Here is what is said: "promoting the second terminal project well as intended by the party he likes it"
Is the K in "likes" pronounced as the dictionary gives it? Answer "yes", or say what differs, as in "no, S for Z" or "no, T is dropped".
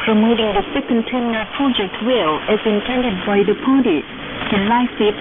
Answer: no, K is dropped